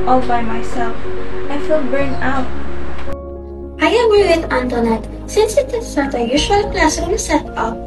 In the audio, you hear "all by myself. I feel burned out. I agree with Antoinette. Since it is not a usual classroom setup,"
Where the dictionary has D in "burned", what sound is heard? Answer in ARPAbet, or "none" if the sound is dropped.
none